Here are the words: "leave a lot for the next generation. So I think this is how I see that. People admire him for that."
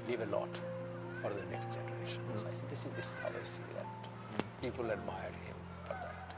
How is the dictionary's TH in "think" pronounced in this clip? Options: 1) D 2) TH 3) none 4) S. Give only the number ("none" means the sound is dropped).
4